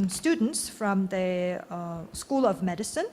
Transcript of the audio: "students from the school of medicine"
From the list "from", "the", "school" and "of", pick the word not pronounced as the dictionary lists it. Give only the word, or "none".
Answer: none